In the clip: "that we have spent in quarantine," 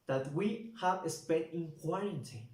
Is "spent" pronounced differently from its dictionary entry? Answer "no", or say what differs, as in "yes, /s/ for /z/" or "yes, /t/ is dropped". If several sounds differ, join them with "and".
yes, /n/ is dropped